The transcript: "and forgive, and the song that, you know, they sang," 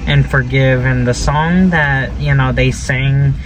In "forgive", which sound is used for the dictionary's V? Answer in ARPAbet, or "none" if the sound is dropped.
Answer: V